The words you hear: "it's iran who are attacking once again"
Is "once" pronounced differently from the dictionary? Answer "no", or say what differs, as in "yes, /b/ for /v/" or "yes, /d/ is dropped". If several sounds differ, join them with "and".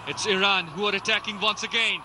no